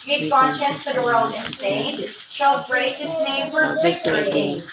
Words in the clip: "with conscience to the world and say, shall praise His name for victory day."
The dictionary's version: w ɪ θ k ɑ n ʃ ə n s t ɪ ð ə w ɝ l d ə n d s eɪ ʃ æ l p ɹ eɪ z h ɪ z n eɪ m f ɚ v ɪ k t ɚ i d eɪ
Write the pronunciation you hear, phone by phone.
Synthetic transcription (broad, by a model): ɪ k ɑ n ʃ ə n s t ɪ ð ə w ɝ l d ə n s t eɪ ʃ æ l b ɹ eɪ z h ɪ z n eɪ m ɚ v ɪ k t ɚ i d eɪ